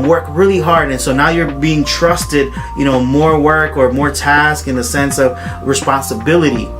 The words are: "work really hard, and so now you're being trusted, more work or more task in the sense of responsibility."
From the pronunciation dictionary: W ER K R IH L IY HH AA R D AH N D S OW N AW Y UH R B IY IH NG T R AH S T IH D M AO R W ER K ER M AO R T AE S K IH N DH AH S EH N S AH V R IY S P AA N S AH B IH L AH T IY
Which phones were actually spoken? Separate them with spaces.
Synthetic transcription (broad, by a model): W ER K R IH L IY HH AA R D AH N S OW N AW Y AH R B IY IH NG T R AH S T IH D M AO R W ER K ER M AO R T AE S K IH N DH AH S EH N S AH V R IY S P AA N S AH B IH L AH T IY